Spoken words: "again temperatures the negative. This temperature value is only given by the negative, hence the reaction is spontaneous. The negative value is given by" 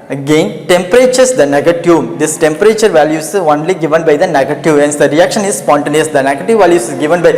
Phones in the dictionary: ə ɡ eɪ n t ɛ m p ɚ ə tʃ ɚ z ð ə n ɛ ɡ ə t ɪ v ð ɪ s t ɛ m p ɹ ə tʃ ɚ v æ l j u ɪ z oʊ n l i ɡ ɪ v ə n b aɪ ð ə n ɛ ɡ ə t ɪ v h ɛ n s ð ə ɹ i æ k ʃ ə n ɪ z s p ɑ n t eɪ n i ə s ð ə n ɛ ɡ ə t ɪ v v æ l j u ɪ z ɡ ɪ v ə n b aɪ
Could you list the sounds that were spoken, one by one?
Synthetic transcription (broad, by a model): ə ɡ eɪ n t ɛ m p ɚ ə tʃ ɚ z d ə n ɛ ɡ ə t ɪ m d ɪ s t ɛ m p ɹ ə tʃ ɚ v æ l j u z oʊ n l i ɡ ɪ v ə n b aɪ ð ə n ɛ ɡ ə t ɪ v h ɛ n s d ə ɹ i æ k ʃ ə n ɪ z s p ɑ n t eɪ n i ə s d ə n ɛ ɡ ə t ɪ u v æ l j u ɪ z ɡ ɪ v ə n b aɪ